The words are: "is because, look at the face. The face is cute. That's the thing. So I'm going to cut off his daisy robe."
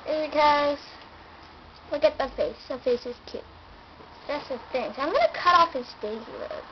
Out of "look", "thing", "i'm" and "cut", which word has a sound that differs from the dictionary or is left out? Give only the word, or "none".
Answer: look